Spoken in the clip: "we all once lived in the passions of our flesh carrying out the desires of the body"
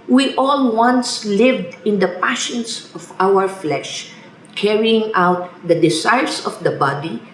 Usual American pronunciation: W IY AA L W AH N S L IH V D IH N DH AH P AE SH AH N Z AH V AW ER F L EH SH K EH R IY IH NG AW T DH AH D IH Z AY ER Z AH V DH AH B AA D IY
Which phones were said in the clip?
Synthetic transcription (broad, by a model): W IY AA L W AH N S L IH V D IH N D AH P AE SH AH N S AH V AW ER F L EH SH K EH R IY IH NG AW T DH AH D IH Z AY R S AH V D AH B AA D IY